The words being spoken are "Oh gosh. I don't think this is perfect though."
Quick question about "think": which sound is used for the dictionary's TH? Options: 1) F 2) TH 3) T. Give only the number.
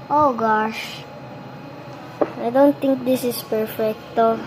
3